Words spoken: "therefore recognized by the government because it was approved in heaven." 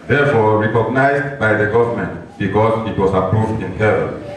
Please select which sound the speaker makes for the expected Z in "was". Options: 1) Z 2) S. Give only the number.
2